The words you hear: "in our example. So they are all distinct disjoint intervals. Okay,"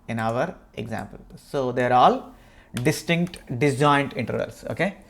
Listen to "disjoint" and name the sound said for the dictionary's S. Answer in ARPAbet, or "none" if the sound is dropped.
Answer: none